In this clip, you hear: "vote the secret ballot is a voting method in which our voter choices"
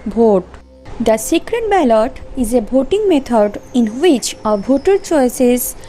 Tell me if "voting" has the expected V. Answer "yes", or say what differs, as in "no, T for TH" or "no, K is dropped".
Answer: no, B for V